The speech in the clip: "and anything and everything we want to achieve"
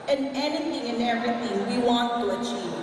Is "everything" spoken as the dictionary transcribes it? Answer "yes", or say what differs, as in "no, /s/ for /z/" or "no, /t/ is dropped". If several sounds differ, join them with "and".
yes